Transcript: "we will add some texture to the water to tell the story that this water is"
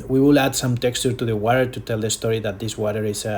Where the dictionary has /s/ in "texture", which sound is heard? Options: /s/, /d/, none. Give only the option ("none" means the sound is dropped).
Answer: /s/